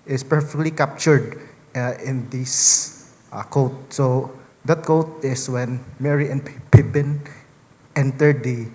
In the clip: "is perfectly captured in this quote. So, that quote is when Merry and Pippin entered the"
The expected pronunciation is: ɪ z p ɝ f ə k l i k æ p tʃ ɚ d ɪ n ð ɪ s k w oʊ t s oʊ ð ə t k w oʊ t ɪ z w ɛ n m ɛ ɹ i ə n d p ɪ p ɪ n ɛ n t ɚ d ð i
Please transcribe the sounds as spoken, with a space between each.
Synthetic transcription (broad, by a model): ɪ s p ɝ f ə k l i k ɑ p tʃ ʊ d ɪ n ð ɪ s k oʊ t s oʊ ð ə t k oʊ t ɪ s w ɛ n m ɛ ɹ i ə n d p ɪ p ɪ n ɛ n t ɚ d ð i